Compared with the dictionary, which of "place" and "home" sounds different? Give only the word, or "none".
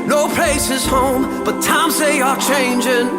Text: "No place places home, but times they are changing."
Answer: place